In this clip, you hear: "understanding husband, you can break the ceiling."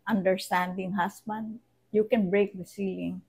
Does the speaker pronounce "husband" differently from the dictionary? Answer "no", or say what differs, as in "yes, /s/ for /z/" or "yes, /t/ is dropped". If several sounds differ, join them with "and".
yes, /s/ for /z/